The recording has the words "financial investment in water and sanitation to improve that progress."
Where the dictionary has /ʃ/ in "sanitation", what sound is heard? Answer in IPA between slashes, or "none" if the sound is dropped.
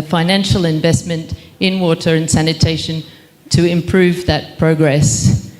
/ʃ/